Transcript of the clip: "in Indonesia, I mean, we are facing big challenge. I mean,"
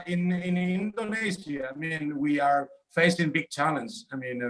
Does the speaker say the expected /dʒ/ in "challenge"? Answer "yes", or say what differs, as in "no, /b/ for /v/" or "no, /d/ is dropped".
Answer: no, /z/ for /dʒ/